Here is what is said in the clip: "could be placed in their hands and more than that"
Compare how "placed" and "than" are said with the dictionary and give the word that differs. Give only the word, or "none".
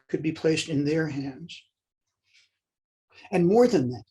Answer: none